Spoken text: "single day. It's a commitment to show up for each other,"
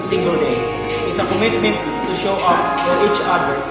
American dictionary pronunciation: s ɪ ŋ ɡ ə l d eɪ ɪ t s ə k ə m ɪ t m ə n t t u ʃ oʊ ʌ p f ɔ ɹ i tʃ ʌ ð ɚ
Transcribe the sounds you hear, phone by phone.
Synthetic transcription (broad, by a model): s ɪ ŋ ɡ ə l d eɪ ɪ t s ə k ə m ɪ t m ə n t t u ʃ oʊ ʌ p f ɔ ɹ i tʃ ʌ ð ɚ